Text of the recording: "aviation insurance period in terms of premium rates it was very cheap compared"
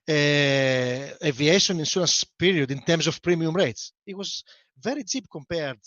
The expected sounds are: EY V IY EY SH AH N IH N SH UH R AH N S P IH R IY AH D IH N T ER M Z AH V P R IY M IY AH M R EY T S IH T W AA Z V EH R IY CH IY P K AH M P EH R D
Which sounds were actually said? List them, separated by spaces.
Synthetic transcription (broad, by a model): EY V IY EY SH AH N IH N S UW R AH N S P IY R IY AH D IH N T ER M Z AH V P R IY M IY AH M R EY T S IH T W AA Z V EH R IY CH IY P K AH M P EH R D